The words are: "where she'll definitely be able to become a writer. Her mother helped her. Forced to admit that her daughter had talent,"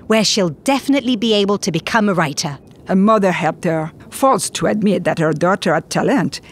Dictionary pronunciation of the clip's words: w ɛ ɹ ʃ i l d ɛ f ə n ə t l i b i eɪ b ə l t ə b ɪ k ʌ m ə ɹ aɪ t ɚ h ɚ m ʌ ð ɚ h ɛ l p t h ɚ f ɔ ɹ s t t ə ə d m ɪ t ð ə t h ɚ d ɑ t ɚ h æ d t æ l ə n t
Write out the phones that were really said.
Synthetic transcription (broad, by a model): w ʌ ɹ ʃ i l d ɛ f ə n ə t l i b i eɪ b ə l t ə b ɪ k ʌ m ə ɹ aɪ t ɚ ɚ m ʌ ð ɚ h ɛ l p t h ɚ f ɔ l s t t ə ə d m ɪ t ð ə t h ɚ d ɑ t ɚ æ t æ l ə n t